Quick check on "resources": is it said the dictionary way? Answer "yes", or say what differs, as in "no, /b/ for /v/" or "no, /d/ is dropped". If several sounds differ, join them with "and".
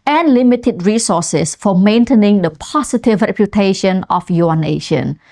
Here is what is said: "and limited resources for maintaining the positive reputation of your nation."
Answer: no, /s/ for /z/